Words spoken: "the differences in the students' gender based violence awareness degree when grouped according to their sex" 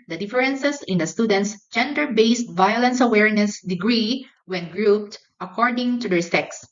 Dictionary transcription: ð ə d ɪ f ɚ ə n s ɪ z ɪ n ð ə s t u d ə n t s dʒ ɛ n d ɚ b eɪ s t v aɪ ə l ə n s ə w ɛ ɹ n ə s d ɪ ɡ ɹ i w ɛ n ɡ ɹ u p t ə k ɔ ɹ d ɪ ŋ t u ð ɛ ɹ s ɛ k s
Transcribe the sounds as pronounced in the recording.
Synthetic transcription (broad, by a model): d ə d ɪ f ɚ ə n s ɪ s ɪ n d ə s t u d ə n t s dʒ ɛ n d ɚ b eɪ s t v aɪ ə l ə n s ə w ɛ ɹ n ə s d ɪ ɡ ɹ i w ɛ n ɡ ɹ u p t ə k ɔ ɹ d ɪ ŋ t u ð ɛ ɹ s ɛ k s